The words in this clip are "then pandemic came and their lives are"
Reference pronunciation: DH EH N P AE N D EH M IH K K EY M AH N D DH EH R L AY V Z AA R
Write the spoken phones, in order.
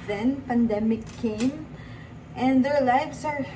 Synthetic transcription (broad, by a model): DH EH N P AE N D EH M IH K K EY M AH N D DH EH R L AY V S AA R